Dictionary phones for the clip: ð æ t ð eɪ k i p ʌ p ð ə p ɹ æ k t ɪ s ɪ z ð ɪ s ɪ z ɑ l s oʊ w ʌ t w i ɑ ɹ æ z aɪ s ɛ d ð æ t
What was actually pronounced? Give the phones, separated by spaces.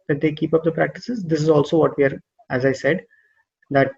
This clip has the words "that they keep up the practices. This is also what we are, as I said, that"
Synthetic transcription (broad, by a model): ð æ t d eɪ k i p ʌ p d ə p ɹ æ k t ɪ s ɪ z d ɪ s ɪ z ɑ l s oʊ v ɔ t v i ɑ ɹ æ z aɪ s ɛ d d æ t